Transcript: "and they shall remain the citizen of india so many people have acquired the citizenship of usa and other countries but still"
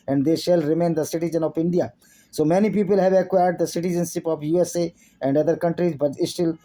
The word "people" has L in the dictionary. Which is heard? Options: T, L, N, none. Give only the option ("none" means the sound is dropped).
L